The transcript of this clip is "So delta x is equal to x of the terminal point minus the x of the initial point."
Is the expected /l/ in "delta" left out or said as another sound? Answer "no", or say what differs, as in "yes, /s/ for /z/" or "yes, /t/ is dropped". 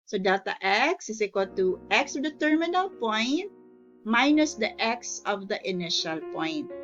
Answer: yes, /l/ is dropped